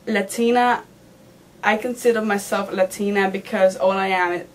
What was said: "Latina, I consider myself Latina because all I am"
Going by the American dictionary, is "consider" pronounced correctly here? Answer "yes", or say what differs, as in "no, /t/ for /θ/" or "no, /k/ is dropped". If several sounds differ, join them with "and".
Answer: yes